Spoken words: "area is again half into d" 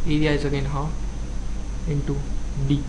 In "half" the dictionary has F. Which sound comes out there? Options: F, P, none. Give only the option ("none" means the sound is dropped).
none